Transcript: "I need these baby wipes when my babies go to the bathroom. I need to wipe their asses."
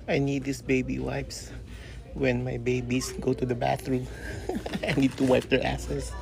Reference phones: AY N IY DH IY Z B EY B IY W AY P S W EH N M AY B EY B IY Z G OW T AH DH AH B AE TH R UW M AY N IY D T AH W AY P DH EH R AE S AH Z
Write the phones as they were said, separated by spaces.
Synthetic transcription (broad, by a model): AY N IY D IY S B EY B IY W AY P S W EH N M AY B EY B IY S G OW T AH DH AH B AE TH R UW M AY N IY D T AH W AY P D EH R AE S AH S